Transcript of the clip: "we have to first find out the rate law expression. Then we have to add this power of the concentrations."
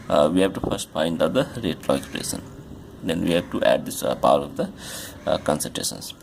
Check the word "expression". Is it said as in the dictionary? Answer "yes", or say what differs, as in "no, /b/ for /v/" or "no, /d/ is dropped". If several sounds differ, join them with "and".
no, /s/ is dropped